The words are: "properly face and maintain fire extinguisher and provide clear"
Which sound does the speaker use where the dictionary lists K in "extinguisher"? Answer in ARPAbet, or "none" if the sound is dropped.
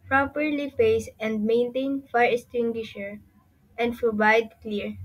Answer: none